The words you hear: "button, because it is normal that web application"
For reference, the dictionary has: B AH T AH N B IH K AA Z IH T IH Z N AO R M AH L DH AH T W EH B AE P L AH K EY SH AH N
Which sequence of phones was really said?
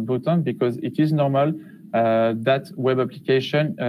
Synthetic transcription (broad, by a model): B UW T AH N B IH K AA Z IH T IH Z N AO R M AH L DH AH T W EH B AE P L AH K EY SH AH N